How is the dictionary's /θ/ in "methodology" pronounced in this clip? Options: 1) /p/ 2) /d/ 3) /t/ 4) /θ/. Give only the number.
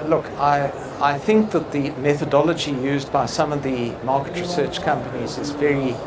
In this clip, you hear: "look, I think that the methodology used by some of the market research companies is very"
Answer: 4